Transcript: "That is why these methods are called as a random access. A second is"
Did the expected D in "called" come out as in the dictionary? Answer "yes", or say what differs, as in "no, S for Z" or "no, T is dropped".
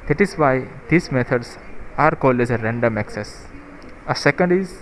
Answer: yes